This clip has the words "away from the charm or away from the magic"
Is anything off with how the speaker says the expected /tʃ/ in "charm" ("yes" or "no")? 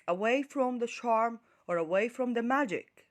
yes